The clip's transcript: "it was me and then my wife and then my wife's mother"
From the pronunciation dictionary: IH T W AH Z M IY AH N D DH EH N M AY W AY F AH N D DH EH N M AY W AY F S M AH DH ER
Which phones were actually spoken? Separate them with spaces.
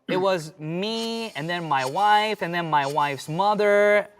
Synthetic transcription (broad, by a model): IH T W AH Z M IY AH N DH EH N M AY W AY F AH N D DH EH N M AY W AY F S M AH DH ER